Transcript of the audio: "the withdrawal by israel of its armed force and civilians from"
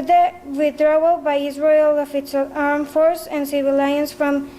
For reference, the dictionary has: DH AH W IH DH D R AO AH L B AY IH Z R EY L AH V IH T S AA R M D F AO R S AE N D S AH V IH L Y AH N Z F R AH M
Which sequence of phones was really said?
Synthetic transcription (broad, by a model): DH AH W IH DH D R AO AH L B AY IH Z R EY L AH F IH T S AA R M F AO R S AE N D S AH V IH L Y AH N S F R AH M